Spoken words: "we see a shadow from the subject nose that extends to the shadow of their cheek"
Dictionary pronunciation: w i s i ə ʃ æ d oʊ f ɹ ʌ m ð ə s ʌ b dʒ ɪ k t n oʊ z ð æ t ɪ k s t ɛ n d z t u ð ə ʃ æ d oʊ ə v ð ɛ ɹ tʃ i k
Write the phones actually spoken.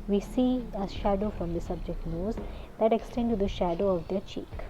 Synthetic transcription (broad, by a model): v i s i ə ʃ æ d oʊ f ɹ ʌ m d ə s ʌ b dʒ ɪ k t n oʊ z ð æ t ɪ k s t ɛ n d t u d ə ʃ æ d oʊ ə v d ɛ ɹ tʃ i k